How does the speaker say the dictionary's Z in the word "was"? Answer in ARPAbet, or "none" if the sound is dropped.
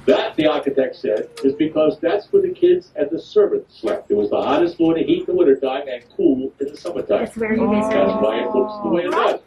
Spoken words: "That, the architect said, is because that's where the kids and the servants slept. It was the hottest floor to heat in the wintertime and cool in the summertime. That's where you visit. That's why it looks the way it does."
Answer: Z